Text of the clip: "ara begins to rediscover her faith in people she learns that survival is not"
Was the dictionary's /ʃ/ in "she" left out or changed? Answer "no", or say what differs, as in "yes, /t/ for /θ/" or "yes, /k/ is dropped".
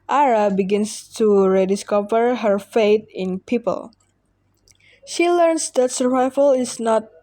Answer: no